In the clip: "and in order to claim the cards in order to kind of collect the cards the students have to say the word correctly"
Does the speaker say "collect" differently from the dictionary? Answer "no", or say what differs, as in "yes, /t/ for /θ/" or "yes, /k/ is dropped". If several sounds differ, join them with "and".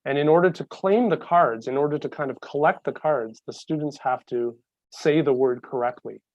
no